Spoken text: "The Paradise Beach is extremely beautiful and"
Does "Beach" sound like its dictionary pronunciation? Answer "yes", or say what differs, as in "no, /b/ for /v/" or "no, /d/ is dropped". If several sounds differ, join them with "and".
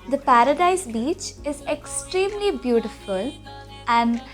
yes